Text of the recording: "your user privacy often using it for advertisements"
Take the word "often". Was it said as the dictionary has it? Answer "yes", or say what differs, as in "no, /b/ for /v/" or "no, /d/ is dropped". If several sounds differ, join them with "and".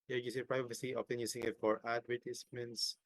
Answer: no, /p/ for /f/